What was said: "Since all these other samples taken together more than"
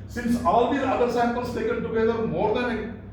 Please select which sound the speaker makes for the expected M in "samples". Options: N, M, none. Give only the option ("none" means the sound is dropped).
none